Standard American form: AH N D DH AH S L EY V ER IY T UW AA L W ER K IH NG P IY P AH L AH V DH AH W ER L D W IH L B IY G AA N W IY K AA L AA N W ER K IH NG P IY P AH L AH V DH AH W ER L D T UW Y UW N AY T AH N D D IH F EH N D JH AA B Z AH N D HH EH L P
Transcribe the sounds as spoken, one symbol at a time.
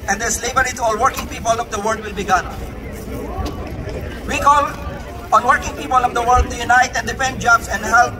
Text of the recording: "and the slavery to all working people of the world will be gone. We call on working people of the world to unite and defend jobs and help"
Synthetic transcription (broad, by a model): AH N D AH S L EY B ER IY T UW AA L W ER K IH NG P IY P AH L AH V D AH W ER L D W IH L B IY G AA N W IY K AA L AA N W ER K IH NG P IY P AH L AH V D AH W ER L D T UW Y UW N AY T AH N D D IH P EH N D JH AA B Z AH N D HH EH L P